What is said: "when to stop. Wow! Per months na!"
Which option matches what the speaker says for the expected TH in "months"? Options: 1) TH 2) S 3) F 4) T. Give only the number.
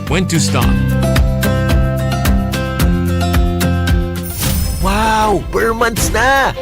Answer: 4